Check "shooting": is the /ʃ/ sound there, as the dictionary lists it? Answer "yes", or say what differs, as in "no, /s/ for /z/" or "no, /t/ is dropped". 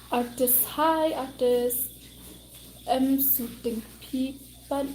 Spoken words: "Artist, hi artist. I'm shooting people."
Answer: no, /s/ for /ʃ/